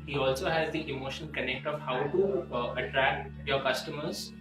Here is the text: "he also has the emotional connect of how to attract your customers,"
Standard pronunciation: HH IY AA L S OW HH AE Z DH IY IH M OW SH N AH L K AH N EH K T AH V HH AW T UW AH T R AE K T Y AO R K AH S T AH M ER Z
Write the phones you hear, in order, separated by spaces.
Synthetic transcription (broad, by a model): HH IY AA L S OW HH AE Z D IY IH M OW SH AH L K AH N EH K T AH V HH AW T UW AH T R AE K T Y AO R K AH S T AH M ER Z